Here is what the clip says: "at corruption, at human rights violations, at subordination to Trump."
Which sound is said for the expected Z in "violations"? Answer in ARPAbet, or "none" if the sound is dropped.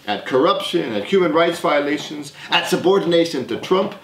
Z